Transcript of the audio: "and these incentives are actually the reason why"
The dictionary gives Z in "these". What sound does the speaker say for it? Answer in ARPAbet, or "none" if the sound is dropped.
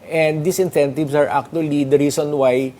S